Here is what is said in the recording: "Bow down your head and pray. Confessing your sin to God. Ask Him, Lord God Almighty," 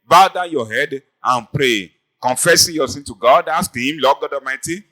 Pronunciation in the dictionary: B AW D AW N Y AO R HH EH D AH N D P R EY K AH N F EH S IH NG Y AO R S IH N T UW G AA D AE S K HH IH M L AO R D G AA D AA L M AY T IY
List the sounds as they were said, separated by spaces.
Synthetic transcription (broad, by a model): B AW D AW Y AO HH EH D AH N P R EY K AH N F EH S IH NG Y AO S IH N T UW G AA D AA S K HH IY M L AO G G AA D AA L M AY T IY